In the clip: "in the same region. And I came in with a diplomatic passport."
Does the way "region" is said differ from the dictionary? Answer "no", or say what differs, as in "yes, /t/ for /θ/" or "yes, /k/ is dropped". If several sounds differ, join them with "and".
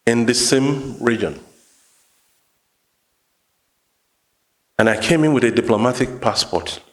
no